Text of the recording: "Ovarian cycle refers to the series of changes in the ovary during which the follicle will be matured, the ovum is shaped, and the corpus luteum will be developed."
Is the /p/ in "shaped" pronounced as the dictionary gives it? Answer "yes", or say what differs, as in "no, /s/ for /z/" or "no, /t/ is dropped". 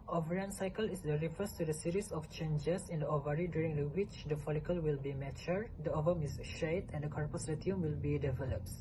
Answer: no, /p/ is dropped